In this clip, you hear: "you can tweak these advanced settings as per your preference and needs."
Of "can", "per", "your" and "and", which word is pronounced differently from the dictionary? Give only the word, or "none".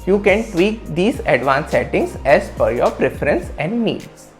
per